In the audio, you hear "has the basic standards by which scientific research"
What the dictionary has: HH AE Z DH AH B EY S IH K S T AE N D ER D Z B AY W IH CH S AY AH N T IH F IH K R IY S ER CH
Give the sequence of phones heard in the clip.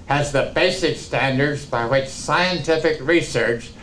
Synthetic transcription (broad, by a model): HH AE Z DH AH B EY S IH K S T AE N D ER D Z B AY W IH CH S AY AH N T IH F IH K R IY S ER CH